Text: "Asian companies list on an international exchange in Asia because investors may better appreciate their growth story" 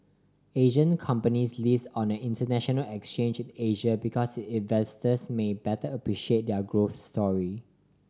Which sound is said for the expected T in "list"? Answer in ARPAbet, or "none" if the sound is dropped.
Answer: none